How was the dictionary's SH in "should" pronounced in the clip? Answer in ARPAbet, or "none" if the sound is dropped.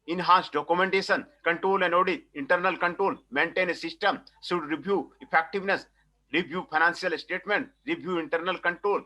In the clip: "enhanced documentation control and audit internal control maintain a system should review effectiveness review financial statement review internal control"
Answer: S